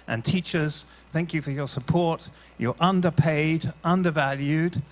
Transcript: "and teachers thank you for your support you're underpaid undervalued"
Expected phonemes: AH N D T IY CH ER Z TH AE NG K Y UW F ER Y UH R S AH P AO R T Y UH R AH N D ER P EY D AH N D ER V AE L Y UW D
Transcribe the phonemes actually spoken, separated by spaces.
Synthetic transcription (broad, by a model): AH N T IY CH ER Z TH AE NG K Y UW F ER Y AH R S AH P AO R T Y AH R AH N D ER P EY D AH N D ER V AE L Y UW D